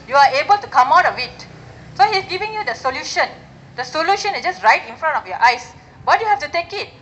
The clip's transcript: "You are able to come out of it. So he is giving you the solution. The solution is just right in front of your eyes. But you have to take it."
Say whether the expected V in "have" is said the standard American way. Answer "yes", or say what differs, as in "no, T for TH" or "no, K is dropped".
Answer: no, F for V